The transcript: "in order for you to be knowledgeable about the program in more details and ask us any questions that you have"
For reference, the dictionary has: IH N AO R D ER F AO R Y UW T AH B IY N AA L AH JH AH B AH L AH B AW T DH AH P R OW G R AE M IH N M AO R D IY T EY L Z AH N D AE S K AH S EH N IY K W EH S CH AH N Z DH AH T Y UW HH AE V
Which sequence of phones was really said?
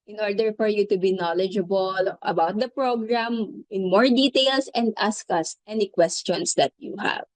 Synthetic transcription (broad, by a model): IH N AO R D ER F AO R Y UW T AH B IY N AA L AH JH AH B AH L AH B AW T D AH P R OW G R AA M IH N M AO R D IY T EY L S AH N D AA S K AH S EH N IY K W EH S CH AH N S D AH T Y UW HH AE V